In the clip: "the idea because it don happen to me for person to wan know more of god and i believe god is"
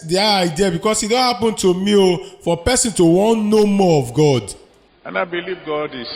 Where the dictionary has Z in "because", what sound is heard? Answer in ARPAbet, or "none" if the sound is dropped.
S